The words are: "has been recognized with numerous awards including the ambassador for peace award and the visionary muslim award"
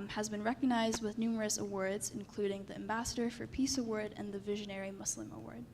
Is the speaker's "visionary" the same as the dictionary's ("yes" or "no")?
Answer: yes